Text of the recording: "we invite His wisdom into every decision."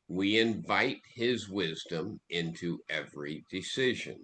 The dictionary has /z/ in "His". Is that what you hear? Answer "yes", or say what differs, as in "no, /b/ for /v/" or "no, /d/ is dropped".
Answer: yes